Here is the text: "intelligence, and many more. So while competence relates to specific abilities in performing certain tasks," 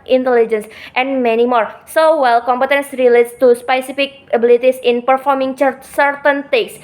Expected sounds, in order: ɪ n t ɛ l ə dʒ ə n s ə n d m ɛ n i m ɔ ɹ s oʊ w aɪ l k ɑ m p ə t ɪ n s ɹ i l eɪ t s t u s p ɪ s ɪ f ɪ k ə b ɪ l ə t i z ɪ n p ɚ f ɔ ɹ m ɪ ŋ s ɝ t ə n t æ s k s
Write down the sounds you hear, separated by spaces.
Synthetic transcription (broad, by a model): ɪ n t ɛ l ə dʒ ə n s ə n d m ɛ n i m ɔ ɹ s oʊ w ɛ l k ɑ m p ə t ɪ n s ɹ i l eɪ t s t u s p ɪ s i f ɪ k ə b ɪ l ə t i s ɪ n p ɚ f ɔ ɹ m ɪ ŋ s ɝ t ə n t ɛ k s